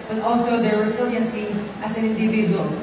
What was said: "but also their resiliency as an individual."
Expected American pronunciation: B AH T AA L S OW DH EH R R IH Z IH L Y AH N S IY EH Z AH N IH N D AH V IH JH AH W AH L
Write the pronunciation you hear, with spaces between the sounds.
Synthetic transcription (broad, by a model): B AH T AA L S OW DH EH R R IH S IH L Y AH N S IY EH S AH N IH N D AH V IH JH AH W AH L